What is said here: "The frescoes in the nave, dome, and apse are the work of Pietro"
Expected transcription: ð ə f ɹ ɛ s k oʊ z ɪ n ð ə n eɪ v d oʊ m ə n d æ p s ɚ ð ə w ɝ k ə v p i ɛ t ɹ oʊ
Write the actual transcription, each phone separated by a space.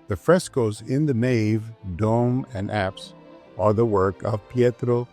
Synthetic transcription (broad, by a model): ð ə f ɹ ɛ s k oʊ z ɪ n ð ə n eɪ v d oʊ m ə n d æ p s ɚ ð ə w ɝ k ə v p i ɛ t ɹ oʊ